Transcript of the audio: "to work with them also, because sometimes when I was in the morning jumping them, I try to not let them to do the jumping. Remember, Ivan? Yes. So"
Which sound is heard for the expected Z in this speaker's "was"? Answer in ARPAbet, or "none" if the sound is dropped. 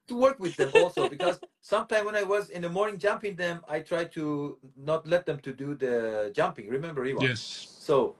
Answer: Z